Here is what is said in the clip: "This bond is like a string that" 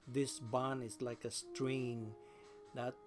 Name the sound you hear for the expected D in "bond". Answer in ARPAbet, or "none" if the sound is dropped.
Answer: none